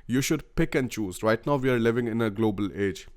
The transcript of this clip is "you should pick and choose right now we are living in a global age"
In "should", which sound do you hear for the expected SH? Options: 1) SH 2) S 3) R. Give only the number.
1